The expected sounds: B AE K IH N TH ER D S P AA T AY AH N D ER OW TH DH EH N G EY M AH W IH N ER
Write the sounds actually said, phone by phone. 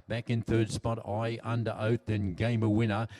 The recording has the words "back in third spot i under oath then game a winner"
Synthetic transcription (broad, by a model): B AE K IH N TH ER D S P AA T AY AH N D ER OW TH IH N G EY M AH W IH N ER